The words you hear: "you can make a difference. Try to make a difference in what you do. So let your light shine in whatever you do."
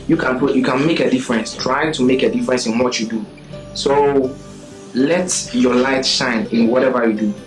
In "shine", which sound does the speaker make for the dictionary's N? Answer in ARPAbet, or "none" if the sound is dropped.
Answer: N